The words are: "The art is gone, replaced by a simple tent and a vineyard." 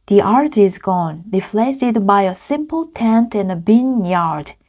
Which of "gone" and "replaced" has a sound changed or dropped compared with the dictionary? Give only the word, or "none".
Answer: replaced